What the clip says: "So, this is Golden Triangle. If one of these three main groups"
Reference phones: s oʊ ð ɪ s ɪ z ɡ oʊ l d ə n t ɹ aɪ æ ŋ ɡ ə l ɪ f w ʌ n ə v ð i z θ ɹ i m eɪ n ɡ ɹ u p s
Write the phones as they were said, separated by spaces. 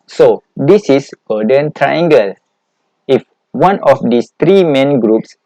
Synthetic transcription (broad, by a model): s oʊ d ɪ s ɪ s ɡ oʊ d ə n t ɹ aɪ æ ŋ ɡ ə l ɪ f w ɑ n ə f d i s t ɹ i m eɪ n ɡ ɹ u p s